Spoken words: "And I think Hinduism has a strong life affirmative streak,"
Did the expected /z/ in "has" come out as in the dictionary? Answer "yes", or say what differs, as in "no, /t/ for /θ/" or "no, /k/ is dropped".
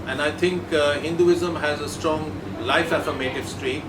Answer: yes